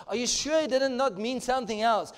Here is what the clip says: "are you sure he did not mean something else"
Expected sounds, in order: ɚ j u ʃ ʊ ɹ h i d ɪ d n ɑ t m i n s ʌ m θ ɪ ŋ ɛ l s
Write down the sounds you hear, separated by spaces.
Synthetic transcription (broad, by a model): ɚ j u ʃ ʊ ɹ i d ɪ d n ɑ t m i n s ʌ m θ ɪ ŋ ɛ l s